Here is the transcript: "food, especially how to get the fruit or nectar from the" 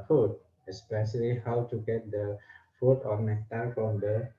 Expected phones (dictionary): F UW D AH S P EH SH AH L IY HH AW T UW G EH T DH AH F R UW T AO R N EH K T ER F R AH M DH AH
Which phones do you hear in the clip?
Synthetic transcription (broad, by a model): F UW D AH S P EH SH AH L IY HH AW T UW G EH T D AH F UW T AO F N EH T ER F R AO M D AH